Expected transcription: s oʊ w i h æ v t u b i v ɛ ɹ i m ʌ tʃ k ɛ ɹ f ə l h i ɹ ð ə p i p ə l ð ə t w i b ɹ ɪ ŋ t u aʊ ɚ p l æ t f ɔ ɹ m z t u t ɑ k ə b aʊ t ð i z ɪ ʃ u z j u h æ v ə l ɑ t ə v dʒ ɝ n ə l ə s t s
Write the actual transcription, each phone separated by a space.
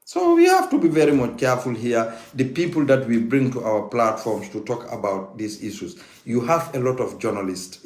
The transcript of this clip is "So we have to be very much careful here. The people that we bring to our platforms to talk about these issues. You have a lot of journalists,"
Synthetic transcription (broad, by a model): s oʊ w i h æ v t u b i v ɛ ɹ i m ʌ tʃ k ɛ ɹ f ə l h i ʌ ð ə p i p ə l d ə t w i b ɹ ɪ ŋ t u aʊ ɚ p l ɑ t f ɔ ɹ m s t u t ɑ k ə b aʊ t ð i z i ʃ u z j u h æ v ə l ɑ t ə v dʒ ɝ n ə l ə s t s